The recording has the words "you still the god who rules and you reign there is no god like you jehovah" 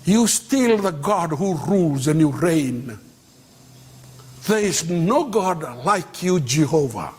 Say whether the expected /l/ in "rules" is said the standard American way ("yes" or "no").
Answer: yes